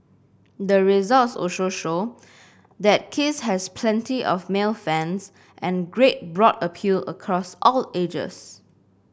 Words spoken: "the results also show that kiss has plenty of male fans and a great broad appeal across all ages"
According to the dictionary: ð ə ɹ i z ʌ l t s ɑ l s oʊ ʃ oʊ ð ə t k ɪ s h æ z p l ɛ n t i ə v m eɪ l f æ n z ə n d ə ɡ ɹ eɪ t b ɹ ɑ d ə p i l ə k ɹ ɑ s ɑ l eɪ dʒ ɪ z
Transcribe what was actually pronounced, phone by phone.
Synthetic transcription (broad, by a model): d ə ɹ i z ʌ l t s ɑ s oʊ ʃ oʊ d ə t k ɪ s h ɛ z p l ɛ n t i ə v m eɪ l f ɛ n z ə n ɡ ɹ eɪ t b ɹ ɑ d ə p i l ə k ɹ ɑ s ɑ l eɪ dʒ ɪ s